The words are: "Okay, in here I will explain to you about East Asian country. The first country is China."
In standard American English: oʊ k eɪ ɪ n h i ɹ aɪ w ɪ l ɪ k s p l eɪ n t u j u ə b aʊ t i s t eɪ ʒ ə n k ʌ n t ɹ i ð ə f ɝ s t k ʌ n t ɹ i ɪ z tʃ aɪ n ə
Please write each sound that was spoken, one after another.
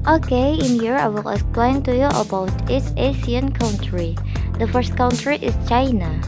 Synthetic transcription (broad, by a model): oʊ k eɪ ɪ n h i ɹ aɪ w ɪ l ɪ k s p l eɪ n t u j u ə b aʊ t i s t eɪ s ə n k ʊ n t ɹ i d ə f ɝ s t k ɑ n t ɹ i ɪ s tʃ aɪ n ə